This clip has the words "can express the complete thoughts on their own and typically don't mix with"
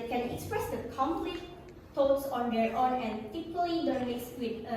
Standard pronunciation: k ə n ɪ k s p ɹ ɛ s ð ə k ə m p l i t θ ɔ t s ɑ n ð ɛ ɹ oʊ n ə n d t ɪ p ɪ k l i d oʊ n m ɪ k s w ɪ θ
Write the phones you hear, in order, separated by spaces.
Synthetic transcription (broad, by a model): k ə n ɪ k s p ɹ ɛ s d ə k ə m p l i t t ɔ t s ɑ n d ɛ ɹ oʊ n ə n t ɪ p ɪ l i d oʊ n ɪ s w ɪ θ